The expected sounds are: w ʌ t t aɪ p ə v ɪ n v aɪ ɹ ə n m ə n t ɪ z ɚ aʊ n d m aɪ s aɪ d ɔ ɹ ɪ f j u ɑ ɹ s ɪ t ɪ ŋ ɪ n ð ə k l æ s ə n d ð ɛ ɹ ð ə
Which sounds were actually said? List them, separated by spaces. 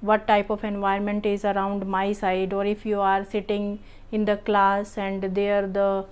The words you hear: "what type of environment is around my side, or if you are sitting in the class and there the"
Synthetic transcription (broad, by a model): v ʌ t t aɪ p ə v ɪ n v aɪ ə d m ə n t ɪ z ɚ aʊ n d m aɪ s aɪ d ɔ ɹ ɪ f j u ɑ ɹ s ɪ t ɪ ŋ ɪ n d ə k l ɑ s ə n d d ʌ ɹ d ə